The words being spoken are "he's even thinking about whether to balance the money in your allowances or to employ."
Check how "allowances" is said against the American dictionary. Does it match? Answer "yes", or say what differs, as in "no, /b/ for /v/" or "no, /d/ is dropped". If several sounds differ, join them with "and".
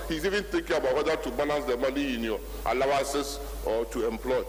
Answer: no, /n/ is dropped and /s/ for /z/